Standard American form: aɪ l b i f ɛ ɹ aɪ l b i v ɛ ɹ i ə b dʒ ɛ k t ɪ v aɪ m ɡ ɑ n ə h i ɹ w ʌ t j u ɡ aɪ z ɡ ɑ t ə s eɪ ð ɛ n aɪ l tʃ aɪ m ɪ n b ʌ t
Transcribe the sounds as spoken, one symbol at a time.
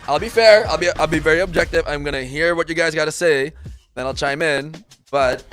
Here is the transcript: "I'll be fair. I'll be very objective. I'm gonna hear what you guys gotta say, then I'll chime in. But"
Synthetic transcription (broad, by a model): aɪ l b i f ɛ ɹ aɪ l b i v ɛ ɹ i ə b dʒ ɛ k t ɪ v aɪ m ɡ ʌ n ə h i ɹ w ʌ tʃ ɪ ɡ aɪ z ɡ ɑ t ə s eɪ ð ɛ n aɪ l tʃ aɪ m ɪ n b ʌ t